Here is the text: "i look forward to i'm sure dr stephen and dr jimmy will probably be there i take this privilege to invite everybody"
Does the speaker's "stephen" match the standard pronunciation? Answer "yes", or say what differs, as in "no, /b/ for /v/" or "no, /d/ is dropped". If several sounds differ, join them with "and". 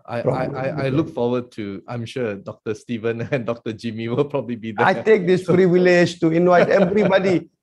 yes